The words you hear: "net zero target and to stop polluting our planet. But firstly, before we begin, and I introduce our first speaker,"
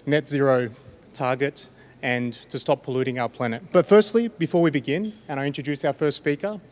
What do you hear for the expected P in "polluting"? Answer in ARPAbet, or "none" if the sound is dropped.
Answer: P